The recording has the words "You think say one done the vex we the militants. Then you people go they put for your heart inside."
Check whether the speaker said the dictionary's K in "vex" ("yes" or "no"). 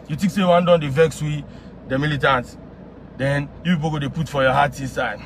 yes